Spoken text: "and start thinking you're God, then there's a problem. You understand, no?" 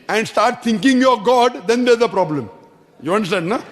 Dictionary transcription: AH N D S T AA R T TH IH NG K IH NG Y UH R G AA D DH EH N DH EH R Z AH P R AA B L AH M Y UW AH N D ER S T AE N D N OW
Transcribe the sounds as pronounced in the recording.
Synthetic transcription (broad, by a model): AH N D S T AA R T T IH NG K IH NG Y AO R G AA D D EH N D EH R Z AH P R AA B L AH M Y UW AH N D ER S T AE N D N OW